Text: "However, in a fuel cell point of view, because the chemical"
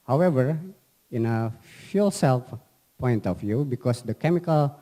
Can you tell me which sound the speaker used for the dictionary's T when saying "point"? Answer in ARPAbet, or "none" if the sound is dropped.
T